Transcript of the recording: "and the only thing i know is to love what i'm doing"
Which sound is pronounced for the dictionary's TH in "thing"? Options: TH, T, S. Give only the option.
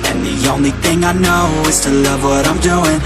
TH